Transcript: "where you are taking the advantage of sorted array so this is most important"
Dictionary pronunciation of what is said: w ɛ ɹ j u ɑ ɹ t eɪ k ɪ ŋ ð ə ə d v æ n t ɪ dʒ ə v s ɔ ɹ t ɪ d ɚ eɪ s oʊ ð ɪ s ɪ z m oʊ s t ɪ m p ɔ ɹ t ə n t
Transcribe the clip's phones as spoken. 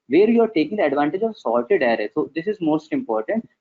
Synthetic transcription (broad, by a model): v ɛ ɹ j u ɑ ɹ t eɪ k ɪ ŋ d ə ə d v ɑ n t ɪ dʒ ə v s ɔ l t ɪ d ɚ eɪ s oʊ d ɪ s ɪ z m oʊ s t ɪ m p ɔ ɹ t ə n t